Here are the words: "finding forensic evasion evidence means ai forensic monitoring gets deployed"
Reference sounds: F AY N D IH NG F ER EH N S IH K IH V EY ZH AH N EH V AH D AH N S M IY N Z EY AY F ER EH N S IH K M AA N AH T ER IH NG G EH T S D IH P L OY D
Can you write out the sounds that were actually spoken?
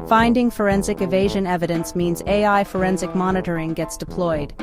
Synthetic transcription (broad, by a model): F AY N D IH NG F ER EH N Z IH K IH V EY ZH AH N EH V AH D AH N S M IY N Z EY AY F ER EH N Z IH K M AA N AH T ER IH NG G EH T S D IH P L OY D